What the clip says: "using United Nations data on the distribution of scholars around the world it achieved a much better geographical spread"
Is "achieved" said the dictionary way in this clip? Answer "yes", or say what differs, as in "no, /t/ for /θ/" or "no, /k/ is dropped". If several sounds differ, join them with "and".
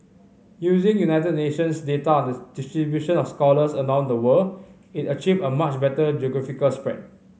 no, /d/ is dropped